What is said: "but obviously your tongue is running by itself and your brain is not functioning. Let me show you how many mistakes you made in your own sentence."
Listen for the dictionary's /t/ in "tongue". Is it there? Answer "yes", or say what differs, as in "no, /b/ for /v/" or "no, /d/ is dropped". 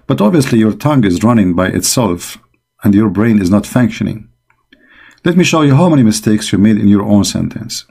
yes